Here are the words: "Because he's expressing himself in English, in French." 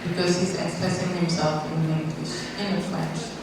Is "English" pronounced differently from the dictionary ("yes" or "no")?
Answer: yes